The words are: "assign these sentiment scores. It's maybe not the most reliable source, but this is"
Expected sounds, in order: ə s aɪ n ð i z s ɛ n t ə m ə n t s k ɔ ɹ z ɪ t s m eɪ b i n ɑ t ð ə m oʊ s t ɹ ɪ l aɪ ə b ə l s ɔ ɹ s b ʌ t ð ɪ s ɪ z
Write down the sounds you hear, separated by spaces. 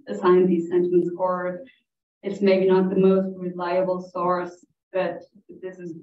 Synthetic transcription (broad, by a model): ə s aɪ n ð i z s ɛ n t ə m ə n t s ɔ ɹ ɪ t s m eɪ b i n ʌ t ð ə m oʊ s t ɹ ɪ l aɪ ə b l s ɔ ɹ s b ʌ t ð ɪ s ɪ z